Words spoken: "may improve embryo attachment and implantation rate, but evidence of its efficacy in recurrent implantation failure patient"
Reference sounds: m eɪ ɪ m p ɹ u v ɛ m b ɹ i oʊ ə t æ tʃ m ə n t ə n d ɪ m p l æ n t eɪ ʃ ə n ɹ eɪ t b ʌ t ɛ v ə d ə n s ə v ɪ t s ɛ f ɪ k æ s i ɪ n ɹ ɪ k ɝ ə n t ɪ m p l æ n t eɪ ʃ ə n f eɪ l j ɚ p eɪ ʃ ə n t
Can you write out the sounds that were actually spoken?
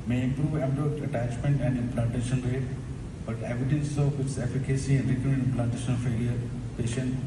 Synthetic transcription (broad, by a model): m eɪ ɪ m p ɹ u v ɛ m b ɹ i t ə t æ tʃ m ə n t ə n d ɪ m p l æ t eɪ ʃ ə n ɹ eɪ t b ʌ t ɛ v ə d ə n s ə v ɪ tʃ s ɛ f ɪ k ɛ s i ɪ n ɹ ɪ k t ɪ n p l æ t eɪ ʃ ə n f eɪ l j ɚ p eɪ ʃ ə n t